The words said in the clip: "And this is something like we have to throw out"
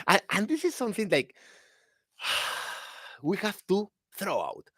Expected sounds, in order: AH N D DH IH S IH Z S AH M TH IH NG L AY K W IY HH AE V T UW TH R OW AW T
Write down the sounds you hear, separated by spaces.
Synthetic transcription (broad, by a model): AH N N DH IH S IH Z S AH M TH IH NG L AY K W IY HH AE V T UW TH R OW AW T